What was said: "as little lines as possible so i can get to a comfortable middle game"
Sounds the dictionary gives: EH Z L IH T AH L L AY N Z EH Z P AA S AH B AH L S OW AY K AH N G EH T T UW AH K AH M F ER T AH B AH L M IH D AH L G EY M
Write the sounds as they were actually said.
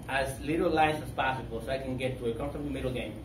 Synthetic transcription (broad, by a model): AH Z L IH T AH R L AY Z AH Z P AA S AH B AH L S OW AY K AH N G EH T T UW AH K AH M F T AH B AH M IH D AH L G EY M